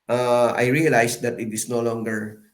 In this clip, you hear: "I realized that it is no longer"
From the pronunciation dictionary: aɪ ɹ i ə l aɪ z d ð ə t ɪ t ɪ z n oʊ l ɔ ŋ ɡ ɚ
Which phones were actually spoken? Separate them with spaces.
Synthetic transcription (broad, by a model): aɪ ɹ i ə l aɪ s d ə t ɪ t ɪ s n oʊ l ɔ ŋ ɡ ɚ